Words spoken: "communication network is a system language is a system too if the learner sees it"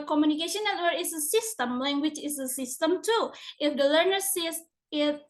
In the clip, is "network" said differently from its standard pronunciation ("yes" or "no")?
yes